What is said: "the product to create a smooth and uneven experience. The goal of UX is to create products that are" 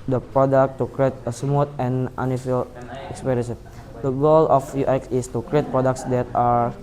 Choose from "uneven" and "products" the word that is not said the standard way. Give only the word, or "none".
uneven